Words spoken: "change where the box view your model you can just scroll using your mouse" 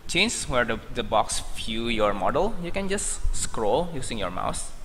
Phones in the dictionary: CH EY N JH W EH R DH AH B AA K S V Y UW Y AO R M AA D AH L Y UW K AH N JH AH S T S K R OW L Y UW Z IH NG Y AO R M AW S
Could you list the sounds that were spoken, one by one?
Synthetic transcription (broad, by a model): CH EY N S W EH R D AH B AA K S F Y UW Y AO R M AA D AH L Y UW K AH N JH AH S T S K R OW L Y UW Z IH NG Y AO R M AW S